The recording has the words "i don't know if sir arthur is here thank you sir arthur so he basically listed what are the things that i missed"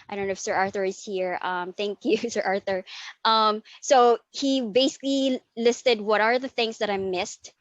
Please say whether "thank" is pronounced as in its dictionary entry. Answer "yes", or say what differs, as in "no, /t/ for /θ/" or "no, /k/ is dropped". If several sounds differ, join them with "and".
yes